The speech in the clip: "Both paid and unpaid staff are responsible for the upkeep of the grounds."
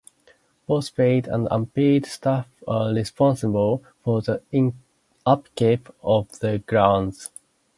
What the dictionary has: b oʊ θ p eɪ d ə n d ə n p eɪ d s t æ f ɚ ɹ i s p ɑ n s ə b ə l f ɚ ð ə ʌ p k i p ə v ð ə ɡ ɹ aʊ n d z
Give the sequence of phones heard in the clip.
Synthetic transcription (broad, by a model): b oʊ s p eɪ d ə n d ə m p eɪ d s t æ f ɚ ɹ i s p ɑ n s ə b ə l f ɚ ð ə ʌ p k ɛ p ə v ð ə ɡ ɹ aʊ n d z